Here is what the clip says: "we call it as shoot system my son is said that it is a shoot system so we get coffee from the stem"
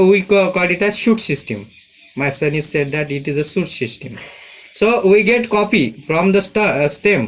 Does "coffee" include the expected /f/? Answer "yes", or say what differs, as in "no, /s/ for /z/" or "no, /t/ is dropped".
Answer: no, /p/ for /f/